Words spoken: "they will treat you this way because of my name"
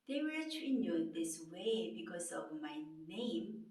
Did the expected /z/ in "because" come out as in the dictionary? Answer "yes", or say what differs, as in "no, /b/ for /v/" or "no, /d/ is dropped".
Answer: no, /s/ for /z/